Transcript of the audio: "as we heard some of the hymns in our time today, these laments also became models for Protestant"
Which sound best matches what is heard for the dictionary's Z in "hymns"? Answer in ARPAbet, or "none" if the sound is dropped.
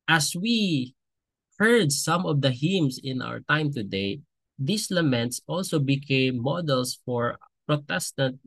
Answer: S